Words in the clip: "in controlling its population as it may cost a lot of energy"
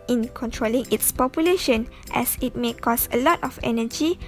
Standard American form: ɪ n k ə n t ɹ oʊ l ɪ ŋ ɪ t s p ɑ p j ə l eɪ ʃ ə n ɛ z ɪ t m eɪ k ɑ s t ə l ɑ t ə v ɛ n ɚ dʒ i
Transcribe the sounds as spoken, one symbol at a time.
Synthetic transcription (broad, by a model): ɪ n k ə n t ɹ oʊ l ɪ ŋ ɪ t s p ɑ p j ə l eɪ ʃ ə n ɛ s ɪ t m eɪ k ɑ s ə l ɑ t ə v ɛ n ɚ dʒ i